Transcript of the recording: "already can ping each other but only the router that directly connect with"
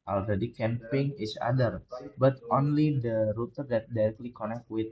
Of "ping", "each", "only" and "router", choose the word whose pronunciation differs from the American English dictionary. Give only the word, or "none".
each